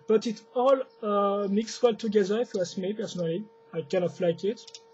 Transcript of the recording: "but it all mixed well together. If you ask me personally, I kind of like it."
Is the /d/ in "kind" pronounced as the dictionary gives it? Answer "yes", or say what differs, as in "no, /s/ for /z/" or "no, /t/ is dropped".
no, /d/ is dropped